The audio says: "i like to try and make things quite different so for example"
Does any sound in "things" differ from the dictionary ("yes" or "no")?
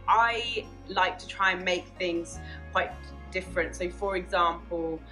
no